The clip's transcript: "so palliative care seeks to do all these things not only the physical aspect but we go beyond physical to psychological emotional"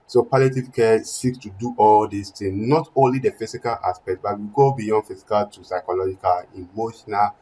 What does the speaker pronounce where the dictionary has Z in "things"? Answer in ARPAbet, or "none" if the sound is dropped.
none